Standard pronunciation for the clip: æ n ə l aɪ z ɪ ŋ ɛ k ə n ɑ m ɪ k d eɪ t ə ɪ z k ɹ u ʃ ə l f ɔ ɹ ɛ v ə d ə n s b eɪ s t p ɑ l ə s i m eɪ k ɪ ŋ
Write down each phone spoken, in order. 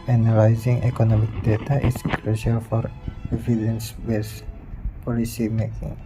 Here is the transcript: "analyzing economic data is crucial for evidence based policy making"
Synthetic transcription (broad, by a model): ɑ n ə l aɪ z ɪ ŋ ɛ k ə n ɑ m ɪ k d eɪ t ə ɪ s k ɹ u ʃ ə l f ɔ ɹ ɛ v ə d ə n s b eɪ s p ɑ l ə s i m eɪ k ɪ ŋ